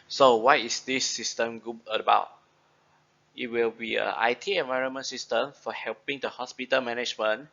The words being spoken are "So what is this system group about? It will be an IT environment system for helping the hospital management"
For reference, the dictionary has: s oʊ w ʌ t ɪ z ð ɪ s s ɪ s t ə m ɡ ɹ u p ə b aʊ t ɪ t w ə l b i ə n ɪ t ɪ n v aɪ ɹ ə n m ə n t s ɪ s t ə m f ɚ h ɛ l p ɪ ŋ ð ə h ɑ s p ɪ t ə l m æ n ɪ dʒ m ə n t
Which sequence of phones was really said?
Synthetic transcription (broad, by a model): s oʊ w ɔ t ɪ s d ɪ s s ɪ s t ə m ɡ u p ə b aʊ t ɪ t w ə l b i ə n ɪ t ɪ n v aɪ ɹ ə n m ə n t s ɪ s t ə m f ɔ h ɛ l p ɪ ŋ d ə h ɑ s p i t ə l m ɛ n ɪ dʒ m ə n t